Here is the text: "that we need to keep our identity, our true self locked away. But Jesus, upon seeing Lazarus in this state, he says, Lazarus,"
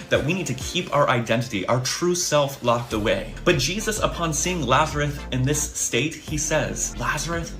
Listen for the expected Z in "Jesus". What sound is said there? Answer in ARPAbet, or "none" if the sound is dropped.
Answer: Z